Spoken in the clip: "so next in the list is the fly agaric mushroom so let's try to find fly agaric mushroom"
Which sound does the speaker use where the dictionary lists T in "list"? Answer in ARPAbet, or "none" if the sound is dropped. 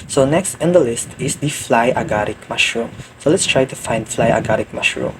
T